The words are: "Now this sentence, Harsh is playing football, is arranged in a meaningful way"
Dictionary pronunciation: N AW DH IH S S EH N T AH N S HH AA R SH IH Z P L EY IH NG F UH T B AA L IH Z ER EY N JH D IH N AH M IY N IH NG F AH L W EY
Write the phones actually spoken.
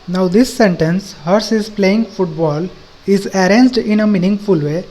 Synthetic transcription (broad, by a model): N AW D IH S S EH N T AH N S HH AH R S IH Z P L EY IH NG F UH T B AA L IH Z ER EY N JH D IH N AH M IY N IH NG F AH L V EY